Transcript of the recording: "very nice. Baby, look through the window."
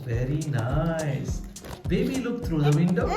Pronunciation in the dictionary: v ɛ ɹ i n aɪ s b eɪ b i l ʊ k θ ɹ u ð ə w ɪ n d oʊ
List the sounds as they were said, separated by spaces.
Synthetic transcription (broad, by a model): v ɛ ɹ i n aɪ s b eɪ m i l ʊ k t ɹ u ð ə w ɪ n d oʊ